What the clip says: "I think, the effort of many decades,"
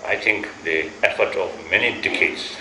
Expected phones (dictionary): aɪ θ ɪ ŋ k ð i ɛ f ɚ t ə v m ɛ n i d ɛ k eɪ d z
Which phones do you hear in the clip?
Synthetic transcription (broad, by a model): aɪ t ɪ ŋ k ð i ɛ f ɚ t ə v m ɛ n i d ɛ k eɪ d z